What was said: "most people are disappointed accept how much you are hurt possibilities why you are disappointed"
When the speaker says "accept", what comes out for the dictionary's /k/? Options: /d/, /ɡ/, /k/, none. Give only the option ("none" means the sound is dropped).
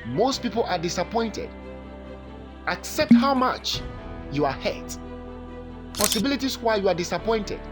/k/